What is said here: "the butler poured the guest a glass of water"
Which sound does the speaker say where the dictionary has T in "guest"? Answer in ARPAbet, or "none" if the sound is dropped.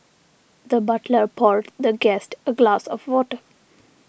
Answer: T